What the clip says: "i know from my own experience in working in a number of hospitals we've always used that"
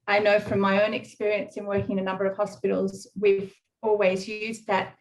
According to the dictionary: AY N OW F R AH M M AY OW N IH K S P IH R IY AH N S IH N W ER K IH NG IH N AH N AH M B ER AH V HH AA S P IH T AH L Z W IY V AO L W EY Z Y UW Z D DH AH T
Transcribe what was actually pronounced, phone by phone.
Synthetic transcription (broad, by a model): AY N OW F R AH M M AY OW N IH K S P IH R IY AH N S IH N W ER K IH NG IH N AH N AH M B ER AH V HH AA S P IH T L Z W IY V AO L W EY Z Y UW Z DH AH T